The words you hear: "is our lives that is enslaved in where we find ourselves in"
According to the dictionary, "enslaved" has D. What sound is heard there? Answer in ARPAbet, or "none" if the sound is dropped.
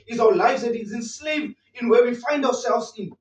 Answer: none